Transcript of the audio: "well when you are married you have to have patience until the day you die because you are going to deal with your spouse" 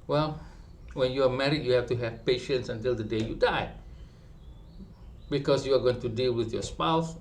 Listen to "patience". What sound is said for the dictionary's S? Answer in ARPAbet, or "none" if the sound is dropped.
S